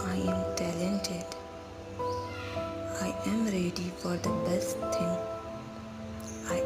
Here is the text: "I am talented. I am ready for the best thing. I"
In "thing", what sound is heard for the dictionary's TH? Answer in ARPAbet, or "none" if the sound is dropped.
T